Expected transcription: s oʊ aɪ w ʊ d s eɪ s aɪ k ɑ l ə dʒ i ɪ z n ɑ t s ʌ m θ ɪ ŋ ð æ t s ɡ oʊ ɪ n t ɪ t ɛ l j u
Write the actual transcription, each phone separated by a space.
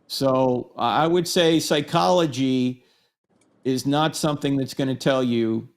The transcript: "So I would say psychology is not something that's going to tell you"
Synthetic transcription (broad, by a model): s oʊ aɪ w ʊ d s eɪ s aɪ k ɑ l ə dʒ i ɪ z n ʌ t s ʌ m θ ɪ ŋ ð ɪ t s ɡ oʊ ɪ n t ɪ t ɛ l j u